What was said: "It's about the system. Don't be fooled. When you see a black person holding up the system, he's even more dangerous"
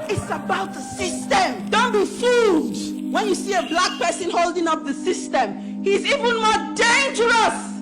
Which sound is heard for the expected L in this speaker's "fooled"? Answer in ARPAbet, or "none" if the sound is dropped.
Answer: none